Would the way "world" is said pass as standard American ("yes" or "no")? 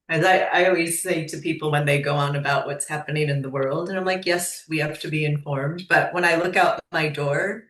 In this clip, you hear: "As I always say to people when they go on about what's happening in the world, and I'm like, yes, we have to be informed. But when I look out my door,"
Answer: yes